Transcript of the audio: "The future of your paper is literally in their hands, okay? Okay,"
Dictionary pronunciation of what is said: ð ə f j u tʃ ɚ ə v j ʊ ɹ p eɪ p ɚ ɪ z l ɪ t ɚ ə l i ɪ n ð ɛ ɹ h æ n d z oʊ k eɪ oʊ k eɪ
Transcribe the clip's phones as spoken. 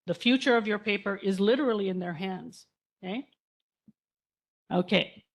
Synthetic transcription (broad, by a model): ð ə f j u tʃ ɚ ə v j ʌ ɹ p eɪ p ɚ ɪ z l ɪ t ɚ l i ɪ n ð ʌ ɹ h æ n d z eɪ oʊ k eɪ